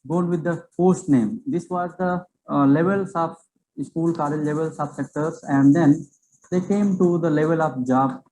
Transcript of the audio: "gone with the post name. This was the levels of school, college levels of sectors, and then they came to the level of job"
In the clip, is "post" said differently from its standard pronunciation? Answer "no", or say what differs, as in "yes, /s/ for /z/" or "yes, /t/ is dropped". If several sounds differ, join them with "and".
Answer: yes, /f/ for /p/